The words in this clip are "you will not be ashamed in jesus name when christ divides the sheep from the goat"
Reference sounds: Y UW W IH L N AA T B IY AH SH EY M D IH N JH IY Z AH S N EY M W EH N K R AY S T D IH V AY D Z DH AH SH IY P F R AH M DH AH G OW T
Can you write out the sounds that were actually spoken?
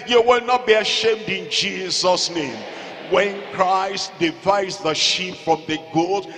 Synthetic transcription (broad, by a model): Y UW W IH L N AA T B IY AH SH EY M D IH N JH IY Z AH S N EY M W EH N K R AY S T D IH V AY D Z DH AH SH IY P F R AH M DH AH G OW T